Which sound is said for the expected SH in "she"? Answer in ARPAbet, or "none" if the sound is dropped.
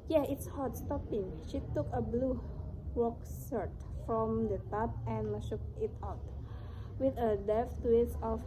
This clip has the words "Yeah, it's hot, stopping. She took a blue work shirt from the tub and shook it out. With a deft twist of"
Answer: SH